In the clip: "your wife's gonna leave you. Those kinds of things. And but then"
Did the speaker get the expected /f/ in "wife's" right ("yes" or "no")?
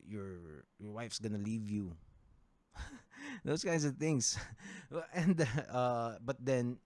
yes